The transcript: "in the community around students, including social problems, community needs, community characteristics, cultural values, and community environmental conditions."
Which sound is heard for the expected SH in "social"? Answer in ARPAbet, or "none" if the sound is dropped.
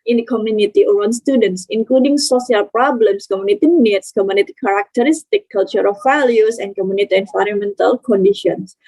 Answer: S